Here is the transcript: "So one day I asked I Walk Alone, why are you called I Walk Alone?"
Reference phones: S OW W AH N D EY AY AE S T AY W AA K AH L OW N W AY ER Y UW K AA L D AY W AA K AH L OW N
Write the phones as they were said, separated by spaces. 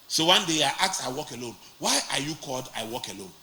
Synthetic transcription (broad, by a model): S OW W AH N D EY AY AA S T AY W AA K AH L OW N W AY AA Y UW K AA L D AY W AA K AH L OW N